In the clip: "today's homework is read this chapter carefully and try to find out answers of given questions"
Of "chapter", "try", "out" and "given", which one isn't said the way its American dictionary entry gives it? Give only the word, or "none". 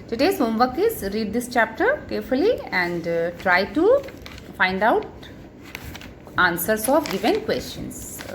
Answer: none